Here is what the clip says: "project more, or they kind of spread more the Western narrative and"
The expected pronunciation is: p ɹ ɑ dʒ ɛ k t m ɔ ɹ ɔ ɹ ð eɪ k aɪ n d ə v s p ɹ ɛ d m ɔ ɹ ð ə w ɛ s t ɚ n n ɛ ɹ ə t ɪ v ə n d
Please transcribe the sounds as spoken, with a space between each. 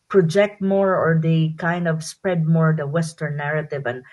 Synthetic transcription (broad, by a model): p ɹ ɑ dʒ ɛ k t m ɔ ɹ ɔ ɹ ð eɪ k aɪ n d ə v s p ɹ ɛ d m ɔ ɹ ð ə w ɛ s t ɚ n n ɛ ɹ ə t ɪ v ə n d